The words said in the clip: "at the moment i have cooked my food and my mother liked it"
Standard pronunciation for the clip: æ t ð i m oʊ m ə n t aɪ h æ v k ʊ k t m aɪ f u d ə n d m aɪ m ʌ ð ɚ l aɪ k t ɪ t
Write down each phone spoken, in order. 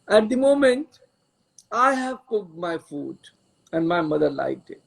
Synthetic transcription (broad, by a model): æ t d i m oʊ m ə n t aɪ h æ v k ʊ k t m aɪ f u d ə n d m aɪ m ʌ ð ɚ l aɪ t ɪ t